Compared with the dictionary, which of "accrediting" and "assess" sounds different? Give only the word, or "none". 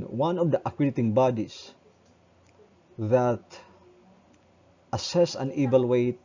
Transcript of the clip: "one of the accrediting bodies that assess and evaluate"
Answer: accrediting